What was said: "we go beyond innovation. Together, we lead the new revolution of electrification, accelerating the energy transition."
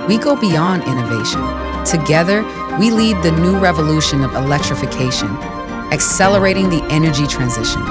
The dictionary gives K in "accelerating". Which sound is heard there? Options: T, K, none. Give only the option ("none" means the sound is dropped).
K